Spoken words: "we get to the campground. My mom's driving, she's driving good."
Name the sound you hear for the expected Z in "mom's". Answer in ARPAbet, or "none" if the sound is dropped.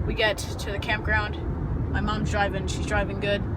Z